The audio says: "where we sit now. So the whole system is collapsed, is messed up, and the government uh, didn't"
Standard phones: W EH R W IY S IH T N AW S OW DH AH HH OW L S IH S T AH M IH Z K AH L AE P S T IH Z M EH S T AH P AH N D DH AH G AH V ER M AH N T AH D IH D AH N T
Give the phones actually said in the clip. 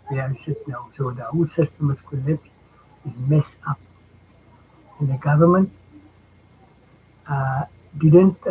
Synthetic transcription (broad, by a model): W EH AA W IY S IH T N AW S OW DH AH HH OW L S IH S T AH M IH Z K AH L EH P T IH Z M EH S AH P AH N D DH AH G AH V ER M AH N T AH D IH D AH N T